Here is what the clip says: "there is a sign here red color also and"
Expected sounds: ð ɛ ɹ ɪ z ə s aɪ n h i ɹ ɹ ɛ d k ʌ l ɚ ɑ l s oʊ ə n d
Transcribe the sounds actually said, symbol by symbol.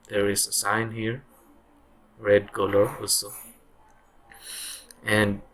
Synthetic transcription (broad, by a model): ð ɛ ɹ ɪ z ə s aɪ n h i ɹ ɹ ɛ d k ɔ l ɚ ɑ l s oʊ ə n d